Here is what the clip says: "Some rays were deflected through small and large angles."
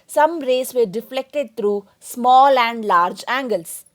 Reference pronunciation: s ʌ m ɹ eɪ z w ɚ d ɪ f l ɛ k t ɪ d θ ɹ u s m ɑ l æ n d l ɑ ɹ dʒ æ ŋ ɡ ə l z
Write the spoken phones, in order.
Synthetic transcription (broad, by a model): s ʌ m ɹ eɪ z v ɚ d ɪ f l ɛ k t ɪ d t ɹ u s m ɑ l æ n d l ɑ ɹ dʒ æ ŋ ɡ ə l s